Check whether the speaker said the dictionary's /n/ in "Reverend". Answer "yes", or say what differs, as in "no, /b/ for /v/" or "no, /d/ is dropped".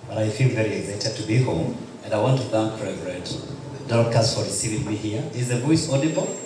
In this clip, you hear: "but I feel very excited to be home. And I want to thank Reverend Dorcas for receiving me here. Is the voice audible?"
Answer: no, /n/ is dropped